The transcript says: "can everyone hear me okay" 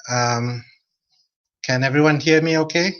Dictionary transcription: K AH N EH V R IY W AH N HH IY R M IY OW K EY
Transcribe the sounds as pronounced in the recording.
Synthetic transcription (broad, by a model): K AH N EH V R IY W AH N HH IY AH M IY OW K EY